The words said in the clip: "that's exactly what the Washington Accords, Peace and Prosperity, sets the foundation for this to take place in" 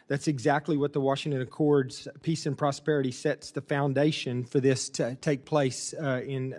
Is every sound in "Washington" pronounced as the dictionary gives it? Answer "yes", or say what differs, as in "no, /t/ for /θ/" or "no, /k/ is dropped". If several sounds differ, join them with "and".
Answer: yes